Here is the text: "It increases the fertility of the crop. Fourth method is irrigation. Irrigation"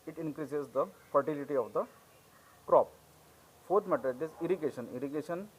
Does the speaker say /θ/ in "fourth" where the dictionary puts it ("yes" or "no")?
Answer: no